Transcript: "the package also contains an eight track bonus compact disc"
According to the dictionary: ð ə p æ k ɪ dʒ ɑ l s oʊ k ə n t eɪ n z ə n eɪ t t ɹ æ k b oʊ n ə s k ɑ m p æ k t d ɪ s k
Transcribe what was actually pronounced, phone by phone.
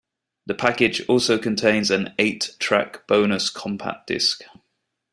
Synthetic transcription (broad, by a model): ð ə p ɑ k ɪ dʒ ɑ l s oʊ k ə n t eɪ n z ə n eɪ t t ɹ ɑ k b oʊ n ə s k ɑ m p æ t d ɪ s k